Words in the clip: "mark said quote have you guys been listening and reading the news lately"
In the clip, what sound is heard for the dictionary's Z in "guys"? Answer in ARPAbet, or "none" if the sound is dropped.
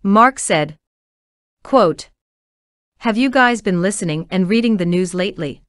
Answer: Z